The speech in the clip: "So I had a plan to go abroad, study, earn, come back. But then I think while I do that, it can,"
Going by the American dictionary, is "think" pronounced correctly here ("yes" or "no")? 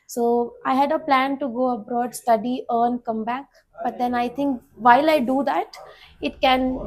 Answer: no